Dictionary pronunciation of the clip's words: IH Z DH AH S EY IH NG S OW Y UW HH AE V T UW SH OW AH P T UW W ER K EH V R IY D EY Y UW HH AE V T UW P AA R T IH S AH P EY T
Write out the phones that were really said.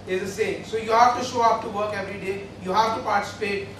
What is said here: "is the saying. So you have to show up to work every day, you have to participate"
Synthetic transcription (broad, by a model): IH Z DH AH S EY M S OW Y UW HH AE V T UW SH OW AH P T UW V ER K EH V R IY D EY Y UW HH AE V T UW P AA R T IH S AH P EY T